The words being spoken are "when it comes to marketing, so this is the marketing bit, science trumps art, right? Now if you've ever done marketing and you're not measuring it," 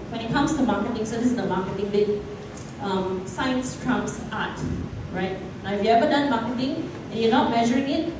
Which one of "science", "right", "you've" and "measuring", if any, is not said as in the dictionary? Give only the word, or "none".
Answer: you've